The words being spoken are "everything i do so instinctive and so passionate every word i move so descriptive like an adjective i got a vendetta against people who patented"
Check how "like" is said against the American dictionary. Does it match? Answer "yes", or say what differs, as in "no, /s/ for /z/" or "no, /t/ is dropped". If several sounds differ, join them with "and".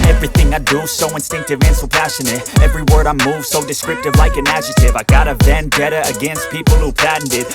yes